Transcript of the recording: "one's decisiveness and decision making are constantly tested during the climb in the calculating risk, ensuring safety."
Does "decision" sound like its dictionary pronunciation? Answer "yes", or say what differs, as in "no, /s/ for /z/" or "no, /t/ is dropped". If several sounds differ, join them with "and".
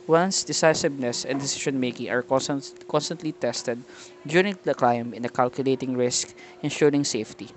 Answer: no, /ʃ/ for /ʒ/